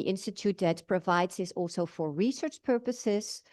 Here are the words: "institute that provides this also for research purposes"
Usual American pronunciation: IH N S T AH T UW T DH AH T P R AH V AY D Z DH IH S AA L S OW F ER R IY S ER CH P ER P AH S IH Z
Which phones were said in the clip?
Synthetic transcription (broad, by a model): IH N S T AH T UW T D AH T P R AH V AY D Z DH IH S AA L S OW F ER R IY S ER CH P ER P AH S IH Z